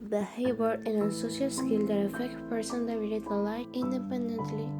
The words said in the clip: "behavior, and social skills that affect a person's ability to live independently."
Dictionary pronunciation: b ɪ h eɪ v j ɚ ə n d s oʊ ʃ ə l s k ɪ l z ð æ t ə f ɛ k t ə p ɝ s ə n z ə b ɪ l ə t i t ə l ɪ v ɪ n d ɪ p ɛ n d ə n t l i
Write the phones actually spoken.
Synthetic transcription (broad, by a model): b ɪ h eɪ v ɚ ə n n s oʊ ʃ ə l s k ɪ l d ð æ t ə f ɛ k t p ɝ s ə n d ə ɪ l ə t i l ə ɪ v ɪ n d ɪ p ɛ n d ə n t l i